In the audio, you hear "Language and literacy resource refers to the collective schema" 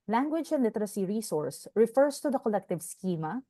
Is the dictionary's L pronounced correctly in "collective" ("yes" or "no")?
yes